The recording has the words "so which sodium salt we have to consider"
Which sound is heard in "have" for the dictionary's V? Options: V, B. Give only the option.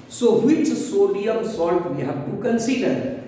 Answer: B